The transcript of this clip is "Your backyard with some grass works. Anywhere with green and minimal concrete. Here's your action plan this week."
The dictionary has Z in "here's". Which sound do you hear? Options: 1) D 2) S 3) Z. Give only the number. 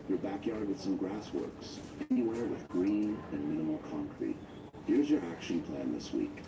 3